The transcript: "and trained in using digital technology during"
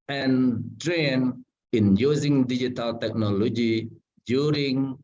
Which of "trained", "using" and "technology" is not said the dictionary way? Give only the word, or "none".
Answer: trained